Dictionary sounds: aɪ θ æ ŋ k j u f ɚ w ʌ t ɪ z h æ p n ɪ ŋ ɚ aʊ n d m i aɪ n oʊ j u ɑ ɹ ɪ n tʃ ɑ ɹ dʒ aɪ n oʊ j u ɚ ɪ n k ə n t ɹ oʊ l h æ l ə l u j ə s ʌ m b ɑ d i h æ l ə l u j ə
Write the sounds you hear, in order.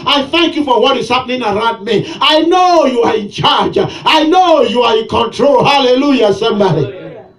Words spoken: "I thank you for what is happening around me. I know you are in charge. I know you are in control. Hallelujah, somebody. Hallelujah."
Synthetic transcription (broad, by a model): aɪ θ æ ŋ k j u f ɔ w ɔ t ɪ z h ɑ p n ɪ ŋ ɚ aʊ n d m i aɪ n oʊ j u ɑ ɹ ɪ n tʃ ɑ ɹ dʒ aɪ n oʊ j u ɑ ɪ n k ə n t ɹ oʊ l h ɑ l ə l u j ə s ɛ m ɑ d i